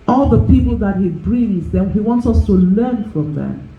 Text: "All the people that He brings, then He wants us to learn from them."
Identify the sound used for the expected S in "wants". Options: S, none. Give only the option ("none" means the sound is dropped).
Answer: S